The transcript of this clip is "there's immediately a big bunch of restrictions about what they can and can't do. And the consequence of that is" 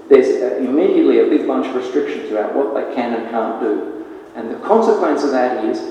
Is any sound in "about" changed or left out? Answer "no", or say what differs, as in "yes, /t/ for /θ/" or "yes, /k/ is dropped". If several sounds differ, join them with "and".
yes, /b/ is dropped